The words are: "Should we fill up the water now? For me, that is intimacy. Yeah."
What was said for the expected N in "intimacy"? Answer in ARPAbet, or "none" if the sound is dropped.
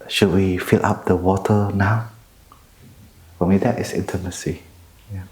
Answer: N